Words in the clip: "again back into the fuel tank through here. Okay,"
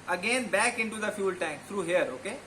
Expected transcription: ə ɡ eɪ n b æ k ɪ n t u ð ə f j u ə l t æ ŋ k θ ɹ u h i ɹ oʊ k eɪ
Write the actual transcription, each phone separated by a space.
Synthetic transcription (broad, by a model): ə ɡ eɪ n b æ k ɪ n t u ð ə f j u l t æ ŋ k t ɹ u h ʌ ɹ oʊ k eɪ